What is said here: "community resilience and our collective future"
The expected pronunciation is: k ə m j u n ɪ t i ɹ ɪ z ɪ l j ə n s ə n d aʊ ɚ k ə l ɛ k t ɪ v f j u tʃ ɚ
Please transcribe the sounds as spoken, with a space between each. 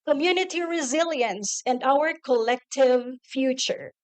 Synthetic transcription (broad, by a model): k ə m j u n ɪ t i ɹ ɪ z ɪ l j ə n s ə n d aʊ ɚ k ə l ɛ k t ɪ v f j u tʃ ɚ